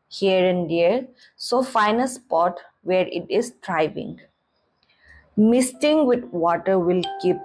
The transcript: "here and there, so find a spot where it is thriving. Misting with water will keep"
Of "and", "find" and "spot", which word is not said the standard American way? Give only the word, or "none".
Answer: find